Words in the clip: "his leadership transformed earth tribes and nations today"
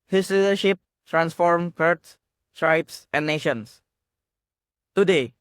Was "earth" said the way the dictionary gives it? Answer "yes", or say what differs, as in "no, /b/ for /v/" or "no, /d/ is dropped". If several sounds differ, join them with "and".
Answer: no, /s/ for /θ/